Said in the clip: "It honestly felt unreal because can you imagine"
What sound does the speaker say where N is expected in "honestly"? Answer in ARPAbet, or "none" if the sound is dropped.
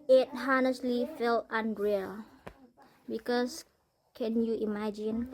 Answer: N